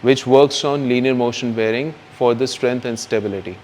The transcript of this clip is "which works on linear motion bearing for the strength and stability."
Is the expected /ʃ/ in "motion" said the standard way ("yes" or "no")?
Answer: yes